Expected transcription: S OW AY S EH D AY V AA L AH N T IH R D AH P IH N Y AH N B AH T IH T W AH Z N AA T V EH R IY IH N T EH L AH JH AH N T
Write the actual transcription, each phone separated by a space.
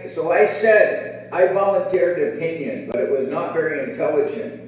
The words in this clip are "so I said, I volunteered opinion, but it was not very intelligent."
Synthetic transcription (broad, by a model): S OW AY S EH D AY V AA L AH N T IH R D AH P IH N Y AH N B AH T IH T W AH Z N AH T V EH R IY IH N T EH L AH JH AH N T